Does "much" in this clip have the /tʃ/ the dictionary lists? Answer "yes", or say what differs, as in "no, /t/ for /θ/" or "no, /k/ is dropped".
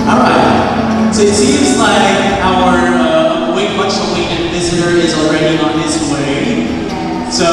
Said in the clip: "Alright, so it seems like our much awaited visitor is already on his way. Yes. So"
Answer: no, /s/ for /tʃ/